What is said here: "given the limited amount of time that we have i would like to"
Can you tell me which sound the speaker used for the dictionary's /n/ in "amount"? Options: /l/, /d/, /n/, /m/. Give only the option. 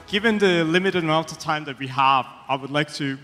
/l/